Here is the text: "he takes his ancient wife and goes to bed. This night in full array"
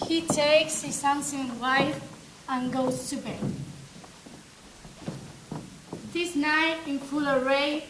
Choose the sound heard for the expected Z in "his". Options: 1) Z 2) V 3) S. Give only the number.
3